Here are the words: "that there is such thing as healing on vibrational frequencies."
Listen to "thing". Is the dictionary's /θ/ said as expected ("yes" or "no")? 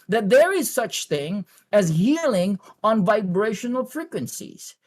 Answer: yes